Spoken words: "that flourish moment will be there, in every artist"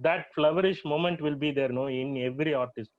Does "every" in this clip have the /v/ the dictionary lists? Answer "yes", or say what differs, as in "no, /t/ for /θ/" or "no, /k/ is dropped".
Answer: yes